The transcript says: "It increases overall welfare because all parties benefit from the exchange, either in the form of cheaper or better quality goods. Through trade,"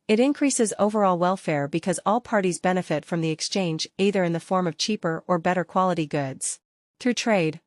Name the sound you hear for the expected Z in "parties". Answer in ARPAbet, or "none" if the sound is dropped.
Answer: Z